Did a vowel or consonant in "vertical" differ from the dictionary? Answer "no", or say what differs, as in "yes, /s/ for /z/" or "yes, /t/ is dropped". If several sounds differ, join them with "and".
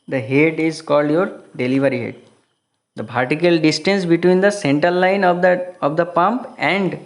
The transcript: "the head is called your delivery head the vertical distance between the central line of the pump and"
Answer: yes, /p/ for /v/